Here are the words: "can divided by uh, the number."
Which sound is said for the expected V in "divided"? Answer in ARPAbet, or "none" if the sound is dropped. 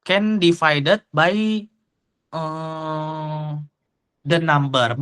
F